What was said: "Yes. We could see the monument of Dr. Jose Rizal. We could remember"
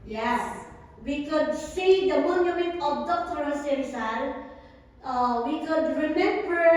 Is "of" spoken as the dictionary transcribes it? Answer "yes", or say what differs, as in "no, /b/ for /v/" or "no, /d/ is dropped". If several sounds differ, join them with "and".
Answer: no, /b/ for /v/